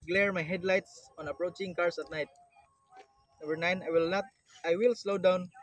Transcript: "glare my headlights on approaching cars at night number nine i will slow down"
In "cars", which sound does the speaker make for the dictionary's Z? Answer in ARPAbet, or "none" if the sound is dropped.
S